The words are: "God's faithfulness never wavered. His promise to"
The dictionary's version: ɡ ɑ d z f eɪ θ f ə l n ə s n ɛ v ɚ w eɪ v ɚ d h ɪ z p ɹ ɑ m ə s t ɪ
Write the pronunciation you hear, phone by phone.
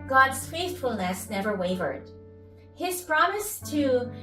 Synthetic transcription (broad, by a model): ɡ ɑ d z f eɪ θ f ə l n ə s n ɛ v ɚ w eɪ v ɚ d h ɪ z p ɹ ɑ m ə s t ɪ